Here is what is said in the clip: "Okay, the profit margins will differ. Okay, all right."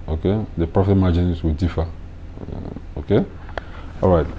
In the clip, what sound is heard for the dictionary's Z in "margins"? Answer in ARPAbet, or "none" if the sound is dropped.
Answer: S